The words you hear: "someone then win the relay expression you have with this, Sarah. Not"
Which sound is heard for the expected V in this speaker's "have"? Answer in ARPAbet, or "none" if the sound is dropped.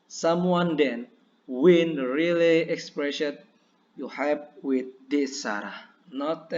P